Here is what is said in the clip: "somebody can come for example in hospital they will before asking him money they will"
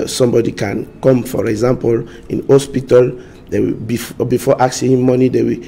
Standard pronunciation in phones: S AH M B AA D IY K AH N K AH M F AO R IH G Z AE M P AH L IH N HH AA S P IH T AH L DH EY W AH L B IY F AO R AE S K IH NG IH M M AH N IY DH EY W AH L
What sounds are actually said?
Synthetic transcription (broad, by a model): S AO M B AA D IY K AH N K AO M F AO R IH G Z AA M P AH L IH N HH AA S P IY T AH L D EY W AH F B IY F AO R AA K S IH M M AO N IY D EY W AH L